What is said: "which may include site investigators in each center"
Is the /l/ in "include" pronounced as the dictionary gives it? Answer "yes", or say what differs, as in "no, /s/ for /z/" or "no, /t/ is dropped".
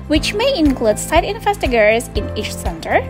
yes